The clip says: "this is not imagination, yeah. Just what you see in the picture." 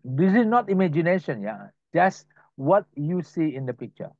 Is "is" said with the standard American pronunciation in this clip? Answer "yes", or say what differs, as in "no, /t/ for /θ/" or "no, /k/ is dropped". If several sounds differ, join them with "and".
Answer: no, /s/ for /z/